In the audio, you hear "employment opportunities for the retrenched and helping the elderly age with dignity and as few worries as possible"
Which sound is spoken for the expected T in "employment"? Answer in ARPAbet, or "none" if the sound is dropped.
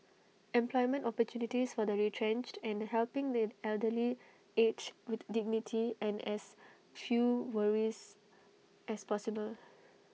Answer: T